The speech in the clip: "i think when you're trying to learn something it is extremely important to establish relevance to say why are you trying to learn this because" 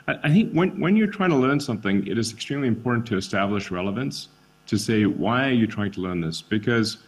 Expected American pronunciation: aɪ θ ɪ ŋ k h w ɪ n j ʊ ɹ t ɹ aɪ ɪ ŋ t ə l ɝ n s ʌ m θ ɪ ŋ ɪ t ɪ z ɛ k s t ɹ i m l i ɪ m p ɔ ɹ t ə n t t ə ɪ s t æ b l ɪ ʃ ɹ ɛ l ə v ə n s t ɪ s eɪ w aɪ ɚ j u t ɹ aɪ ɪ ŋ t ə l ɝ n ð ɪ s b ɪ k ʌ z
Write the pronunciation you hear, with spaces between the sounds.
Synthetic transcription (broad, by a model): aɪ θ ɪ ŋ k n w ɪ n j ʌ ɹ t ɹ aɪ ɪ ŋ t ə l ɝ n s ʌ m θ ɪ ŋ ɪ t ɪ z ɛ k s t ɹ i m l i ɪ m p ɔ ɹ t n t t ɪ s t æ b l ɪ ʃ ɹ ɛ l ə v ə n s t ɪ s eɪ w aɪ j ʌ t ɹ aɪ ɪ ŋ t ə l ɝ n ð ɪ s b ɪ k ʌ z